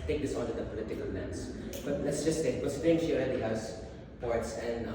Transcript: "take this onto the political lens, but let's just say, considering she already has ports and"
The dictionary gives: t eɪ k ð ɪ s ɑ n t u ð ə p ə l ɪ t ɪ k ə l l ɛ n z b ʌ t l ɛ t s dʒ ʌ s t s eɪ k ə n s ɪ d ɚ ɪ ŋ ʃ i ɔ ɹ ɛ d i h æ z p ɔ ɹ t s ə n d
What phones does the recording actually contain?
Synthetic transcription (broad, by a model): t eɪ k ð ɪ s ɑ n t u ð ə p ə l ɪ t ɪ k ə l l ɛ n s b ʌ t l ɛ t s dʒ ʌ s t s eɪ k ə s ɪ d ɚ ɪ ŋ ʃ i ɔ l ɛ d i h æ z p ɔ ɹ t s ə n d